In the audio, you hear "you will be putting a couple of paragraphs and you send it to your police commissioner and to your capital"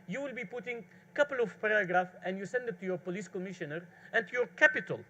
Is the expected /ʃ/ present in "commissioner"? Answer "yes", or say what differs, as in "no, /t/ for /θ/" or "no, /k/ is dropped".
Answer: yes